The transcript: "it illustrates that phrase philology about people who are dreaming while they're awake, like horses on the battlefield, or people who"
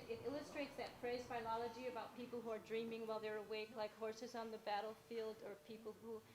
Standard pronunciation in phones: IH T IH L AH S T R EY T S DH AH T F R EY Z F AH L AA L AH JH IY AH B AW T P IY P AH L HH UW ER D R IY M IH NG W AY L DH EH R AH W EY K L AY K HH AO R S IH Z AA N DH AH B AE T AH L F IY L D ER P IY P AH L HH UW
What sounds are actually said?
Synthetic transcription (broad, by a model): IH T IH L AH S T R EY T S DH AH T P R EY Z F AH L AA L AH JH IY AH B AW T P IY P L HH UW ER D R IY M IH NG W AY L DH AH R AH W EY K L AY K HH AO R S IH Z N DH AH B AE T L F IY L D ER P IY P L HH UW